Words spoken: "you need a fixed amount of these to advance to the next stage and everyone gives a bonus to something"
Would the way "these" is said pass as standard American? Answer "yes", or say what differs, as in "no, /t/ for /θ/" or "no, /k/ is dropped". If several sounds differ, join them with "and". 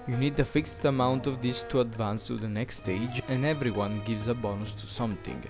no, /s/ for /z/